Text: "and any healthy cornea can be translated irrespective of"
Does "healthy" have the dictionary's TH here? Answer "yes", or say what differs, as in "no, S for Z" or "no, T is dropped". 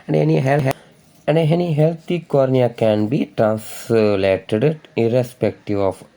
no, T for TH